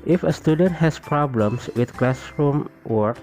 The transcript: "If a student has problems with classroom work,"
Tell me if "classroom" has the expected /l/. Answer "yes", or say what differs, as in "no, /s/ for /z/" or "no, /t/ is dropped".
yes